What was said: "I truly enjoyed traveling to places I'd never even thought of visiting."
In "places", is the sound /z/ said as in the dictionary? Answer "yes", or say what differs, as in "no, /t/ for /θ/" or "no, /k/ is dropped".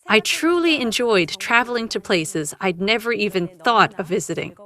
yes